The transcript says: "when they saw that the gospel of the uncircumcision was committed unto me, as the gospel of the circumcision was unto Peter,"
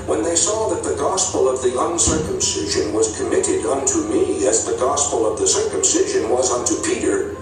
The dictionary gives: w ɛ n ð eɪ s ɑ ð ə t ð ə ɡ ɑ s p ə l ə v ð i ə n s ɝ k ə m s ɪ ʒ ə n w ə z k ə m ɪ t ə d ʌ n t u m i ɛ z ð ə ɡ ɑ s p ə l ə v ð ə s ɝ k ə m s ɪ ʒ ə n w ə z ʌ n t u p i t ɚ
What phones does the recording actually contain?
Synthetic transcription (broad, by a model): w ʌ n ð eɪ s ɑ ð ə t ð ə ɡ ɑ s p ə l ə v ð i ə n s ɝ k ə m s ɪ ʒ ə n w ə z k ə m ɪ t ə d ʌ n t u m i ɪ z ð ə ɡ ɑ s p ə l ə v ð ə s ɝ k ə m s ɪ ʒ ə n w ə z ʌ n t u p i t ɚ